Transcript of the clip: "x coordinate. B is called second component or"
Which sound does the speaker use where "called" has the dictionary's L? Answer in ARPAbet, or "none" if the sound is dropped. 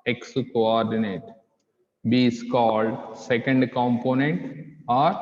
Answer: L